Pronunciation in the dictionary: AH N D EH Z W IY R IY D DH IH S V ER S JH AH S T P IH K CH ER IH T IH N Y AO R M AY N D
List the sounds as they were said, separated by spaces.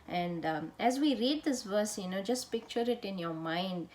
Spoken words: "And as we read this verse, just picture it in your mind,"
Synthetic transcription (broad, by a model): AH N D EH Z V IY R IY D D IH S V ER S JH AH S T P IH K CH ER IH T IH N Y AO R M AY N D